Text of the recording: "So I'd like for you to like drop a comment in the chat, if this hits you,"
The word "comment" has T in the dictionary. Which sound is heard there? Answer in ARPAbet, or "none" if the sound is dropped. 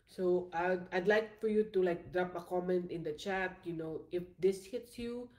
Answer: T